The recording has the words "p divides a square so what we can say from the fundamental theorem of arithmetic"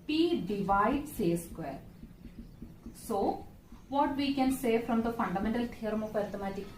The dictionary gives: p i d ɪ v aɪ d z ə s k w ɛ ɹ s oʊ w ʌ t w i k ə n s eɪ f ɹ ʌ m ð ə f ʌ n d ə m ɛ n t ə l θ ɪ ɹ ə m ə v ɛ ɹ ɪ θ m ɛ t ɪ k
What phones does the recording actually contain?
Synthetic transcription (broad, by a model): p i d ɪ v aɪ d s ə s k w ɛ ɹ s oʊ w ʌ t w i k ə n s eɪ f ɹ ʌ m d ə f ʌ n d ə m ɛ n t ə l t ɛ ɹ m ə p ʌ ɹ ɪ m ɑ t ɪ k